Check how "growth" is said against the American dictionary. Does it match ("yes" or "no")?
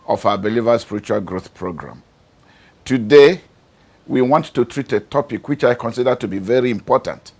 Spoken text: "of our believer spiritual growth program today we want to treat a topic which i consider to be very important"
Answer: yes